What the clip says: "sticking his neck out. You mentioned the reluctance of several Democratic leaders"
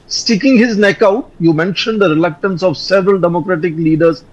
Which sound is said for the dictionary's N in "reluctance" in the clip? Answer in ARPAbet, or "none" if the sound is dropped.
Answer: N